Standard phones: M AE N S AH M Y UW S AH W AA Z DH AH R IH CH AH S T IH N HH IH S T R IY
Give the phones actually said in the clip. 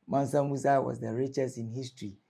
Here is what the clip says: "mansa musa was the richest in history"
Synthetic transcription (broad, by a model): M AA N S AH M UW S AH W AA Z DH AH R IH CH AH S IH N HH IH S T R IY